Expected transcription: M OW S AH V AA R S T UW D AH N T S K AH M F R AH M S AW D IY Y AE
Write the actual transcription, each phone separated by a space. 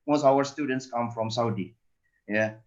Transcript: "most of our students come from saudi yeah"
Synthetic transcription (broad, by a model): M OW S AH W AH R S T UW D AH N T S K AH M F R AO M S AW D IY Y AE